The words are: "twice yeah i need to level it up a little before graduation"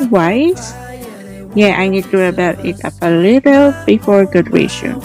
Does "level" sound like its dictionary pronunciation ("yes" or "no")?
no